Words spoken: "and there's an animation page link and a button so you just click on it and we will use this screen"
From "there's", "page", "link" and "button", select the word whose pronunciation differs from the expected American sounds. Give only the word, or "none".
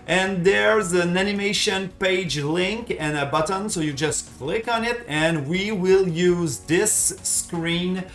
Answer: none